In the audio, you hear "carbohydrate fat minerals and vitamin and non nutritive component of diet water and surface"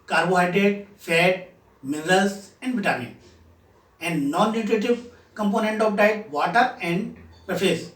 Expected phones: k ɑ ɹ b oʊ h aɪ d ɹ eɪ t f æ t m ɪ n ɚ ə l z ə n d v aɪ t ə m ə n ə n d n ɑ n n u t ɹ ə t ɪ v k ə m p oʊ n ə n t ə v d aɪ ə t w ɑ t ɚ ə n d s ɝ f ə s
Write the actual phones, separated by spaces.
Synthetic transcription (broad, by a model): k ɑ ɹ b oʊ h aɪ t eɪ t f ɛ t m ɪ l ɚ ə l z ə n d b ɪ t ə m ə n ə n d n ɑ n n u t ɹ ə t ɪ v k ə m p oʊ n ə n t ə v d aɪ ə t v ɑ t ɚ ə n d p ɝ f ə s